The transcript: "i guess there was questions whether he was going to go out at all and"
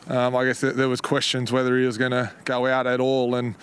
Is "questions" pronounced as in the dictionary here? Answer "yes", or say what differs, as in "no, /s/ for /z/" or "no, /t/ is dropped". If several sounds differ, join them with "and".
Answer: yes